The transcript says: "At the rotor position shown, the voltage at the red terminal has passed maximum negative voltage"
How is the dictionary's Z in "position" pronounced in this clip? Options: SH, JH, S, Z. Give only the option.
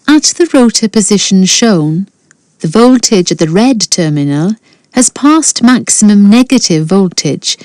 Z